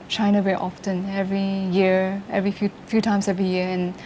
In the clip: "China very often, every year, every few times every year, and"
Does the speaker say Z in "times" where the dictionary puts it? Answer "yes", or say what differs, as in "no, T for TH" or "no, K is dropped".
no, S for Z